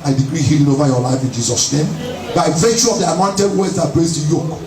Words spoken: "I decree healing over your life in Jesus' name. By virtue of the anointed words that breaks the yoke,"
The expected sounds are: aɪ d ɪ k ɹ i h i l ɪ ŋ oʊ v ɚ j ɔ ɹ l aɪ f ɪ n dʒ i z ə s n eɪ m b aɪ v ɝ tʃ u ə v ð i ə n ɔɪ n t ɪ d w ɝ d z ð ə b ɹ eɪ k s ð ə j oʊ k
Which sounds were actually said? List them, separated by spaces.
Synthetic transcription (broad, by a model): aɪ d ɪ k ɹ i h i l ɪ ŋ oʊ v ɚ j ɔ l aɪ f ɪ n dʒ i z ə s n eɪ m b aɪ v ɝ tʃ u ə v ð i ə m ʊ n t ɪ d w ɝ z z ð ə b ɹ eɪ s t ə j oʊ k